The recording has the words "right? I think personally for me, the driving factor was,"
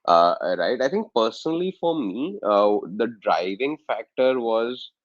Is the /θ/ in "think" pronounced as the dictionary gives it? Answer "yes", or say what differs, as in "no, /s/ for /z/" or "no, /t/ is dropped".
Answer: no, /t/ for /θ/